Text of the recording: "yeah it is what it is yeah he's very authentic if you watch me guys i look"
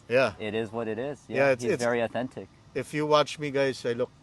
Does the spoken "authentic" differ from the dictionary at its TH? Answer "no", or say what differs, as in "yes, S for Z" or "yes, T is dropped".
no